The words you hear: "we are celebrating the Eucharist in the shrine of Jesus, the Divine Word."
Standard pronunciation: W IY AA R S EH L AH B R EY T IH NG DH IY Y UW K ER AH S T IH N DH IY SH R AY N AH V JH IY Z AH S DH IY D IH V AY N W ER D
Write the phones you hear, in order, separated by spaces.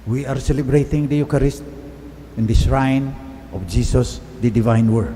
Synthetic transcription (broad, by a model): W IY AA R S EH L AH B R EY T IH NG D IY Y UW K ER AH S T IH N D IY S R AY N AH F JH IY S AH S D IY D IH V AY N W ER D